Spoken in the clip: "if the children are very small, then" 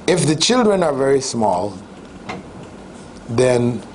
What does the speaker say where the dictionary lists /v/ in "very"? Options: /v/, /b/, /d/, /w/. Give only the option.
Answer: /v/